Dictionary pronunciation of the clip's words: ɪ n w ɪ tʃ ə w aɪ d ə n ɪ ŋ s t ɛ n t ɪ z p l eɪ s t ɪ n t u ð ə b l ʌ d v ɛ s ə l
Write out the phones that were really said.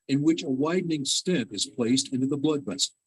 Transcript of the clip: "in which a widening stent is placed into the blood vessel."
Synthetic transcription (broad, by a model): ɪ n w ɪ tʃ ə w aɪ d n ɪ ŋ s t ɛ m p ɪ z p l eɪ s t ɪ n t u ð ə b l ʌ d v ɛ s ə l